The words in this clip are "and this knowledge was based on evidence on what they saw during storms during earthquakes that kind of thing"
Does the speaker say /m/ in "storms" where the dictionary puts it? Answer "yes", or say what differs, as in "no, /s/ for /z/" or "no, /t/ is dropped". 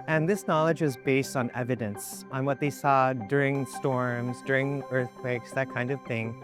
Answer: yes